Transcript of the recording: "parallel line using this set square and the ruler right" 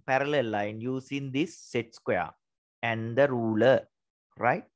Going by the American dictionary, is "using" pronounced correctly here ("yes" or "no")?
no